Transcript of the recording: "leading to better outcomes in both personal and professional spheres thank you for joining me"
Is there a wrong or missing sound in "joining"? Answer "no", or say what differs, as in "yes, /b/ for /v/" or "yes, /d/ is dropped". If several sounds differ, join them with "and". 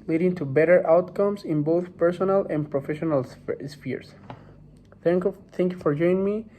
yes, /n/ is dropped